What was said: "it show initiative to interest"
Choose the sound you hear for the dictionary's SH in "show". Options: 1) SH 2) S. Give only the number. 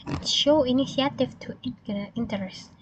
1